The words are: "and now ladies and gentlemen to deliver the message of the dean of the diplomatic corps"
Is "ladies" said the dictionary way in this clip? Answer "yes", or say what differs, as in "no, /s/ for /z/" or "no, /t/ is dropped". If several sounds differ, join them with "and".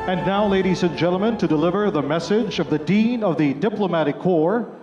yes